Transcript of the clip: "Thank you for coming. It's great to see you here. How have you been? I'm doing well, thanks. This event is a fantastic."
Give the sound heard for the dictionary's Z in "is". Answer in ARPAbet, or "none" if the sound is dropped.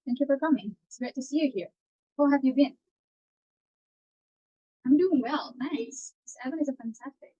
Z